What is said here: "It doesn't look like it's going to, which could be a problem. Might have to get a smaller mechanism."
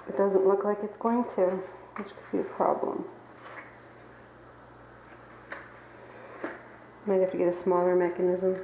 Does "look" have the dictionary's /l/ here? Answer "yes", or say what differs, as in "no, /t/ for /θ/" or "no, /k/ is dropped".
yes